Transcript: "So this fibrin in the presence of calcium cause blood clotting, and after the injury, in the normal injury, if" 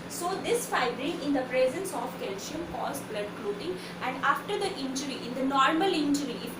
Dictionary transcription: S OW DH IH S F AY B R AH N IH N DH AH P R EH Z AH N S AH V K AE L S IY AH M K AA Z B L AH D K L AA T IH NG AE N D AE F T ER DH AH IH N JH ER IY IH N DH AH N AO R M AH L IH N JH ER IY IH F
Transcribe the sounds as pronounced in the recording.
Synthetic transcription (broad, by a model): S OW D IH S F AY B R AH IH N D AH P R EH Z AH N S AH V K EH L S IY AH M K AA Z B L AH D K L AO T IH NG AE N D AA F T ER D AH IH N JH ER IY IH N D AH N AO R M AH L IH N JH ER IY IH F